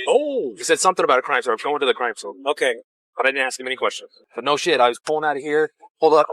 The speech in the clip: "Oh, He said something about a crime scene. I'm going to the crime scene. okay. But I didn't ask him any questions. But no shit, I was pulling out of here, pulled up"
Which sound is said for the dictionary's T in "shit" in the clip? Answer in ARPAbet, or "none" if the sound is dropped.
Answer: T